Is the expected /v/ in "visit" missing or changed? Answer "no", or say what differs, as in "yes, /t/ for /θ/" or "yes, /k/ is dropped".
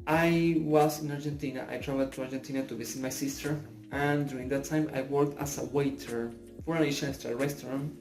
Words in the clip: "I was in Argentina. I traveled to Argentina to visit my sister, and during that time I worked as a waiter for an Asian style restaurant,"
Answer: yes, /b/ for /v/